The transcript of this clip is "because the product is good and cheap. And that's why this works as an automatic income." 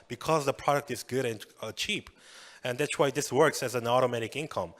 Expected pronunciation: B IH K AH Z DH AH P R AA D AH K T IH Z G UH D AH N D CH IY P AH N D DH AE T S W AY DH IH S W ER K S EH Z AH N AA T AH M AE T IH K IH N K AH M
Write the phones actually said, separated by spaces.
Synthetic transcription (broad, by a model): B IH K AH Z DH AH P R AA D AH K T IH Z G UH D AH N CH IY P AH N DH AE T S W AY DH IH S W ER K S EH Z AH N AA T AH M AE T IH K IH N K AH M